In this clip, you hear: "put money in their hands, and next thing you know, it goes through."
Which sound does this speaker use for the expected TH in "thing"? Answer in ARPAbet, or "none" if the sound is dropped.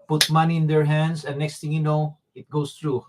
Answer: T